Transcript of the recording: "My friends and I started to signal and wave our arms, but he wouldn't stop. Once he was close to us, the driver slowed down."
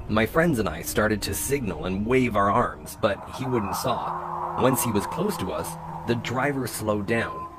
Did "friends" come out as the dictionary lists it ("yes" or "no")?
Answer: yes